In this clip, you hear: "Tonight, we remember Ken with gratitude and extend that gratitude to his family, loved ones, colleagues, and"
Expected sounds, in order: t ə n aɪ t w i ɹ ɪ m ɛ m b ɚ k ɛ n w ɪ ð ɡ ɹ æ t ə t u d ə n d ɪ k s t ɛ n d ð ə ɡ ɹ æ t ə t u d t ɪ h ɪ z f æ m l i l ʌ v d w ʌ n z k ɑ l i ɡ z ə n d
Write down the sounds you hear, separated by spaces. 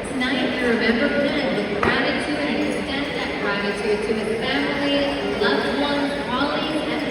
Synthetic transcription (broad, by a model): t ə n aɪ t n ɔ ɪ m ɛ m b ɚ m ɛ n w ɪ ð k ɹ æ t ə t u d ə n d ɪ s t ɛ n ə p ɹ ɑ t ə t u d t ɪ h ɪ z f æ m l i l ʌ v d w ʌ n k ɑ l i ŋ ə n